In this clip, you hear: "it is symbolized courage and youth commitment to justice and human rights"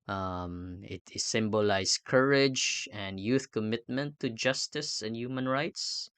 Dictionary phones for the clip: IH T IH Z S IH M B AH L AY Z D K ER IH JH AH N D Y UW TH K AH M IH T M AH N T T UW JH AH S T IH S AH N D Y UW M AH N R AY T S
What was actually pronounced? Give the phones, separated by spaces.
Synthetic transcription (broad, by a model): T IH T S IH M B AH L AY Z K ER IH JH AH N D Y UW TH K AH M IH T M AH N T T UW JH AH S T IH S AH N D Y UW M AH N R AY T S